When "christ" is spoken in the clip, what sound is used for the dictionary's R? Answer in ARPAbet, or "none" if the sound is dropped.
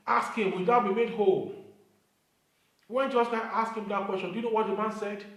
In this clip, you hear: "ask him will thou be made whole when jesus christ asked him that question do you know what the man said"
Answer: none